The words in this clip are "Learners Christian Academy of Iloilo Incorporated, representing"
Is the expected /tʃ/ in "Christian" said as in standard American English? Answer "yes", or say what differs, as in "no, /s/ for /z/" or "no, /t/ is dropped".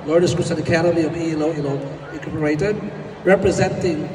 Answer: no, /tʃ/ is dropped